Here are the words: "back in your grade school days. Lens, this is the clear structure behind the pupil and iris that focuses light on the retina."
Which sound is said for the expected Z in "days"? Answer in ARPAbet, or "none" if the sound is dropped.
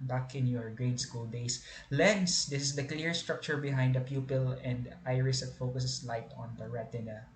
S